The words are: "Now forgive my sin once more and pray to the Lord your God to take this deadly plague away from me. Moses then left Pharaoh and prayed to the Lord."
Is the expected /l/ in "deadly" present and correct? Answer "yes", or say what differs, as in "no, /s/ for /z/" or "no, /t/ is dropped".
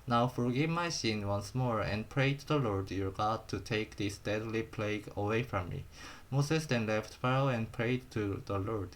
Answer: yes